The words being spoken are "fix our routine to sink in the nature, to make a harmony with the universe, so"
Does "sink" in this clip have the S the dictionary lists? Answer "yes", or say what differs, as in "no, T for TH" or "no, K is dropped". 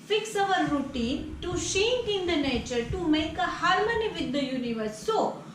no, SH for S